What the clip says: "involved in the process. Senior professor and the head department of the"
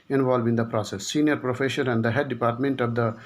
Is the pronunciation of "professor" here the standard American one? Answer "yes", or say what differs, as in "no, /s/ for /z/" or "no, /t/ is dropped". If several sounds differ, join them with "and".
no, /ʃ/ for /s/